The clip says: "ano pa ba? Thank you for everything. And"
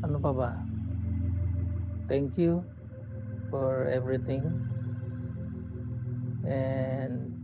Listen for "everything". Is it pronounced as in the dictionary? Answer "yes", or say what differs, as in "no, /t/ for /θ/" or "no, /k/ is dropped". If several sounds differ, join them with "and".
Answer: no, /t/ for /θ/